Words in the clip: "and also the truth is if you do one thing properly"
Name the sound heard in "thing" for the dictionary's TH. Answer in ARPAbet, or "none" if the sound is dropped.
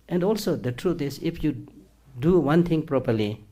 T